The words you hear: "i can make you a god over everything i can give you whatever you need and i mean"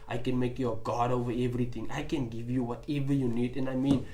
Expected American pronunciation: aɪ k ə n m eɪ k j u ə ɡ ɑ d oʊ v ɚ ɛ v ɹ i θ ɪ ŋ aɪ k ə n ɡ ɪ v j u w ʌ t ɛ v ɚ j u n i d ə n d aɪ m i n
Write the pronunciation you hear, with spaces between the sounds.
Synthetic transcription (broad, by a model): aɪ k ə n m eɪ k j ə ɡ ɑ d oʊ v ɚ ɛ v ɹ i t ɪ ŋ aɪ k ə n ɡ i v j u w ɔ t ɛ v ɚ j u n i d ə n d aɪ m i n